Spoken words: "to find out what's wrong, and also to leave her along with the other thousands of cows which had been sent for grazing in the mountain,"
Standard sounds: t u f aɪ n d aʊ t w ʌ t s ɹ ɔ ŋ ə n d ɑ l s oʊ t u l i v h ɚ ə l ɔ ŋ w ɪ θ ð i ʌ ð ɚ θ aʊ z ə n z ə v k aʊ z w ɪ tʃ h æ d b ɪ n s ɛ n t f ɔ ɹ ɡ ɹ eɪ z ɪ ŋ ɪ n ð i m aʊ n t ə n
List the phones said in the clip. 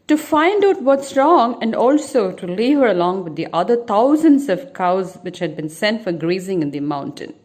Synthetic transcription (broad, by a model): t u f aɪ n d aʊ t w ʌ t s ɹ ɔ ŋ ə n d ɑ l s oʊ t u l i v h ɚ ə l ɔ ŋ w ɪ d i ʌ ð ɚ t aʊ z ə n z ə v k aʊ z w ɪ tʃ h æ d b ɪ n s ɛ n t f ɔ ɹ ɡ ɹ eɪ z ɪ ŋ ɪ n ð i m aʊ n t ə n